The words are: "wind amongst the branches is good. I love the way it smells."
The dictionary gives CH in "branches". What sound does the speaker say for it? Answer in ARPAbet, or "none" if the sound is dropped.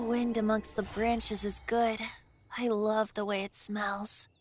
CH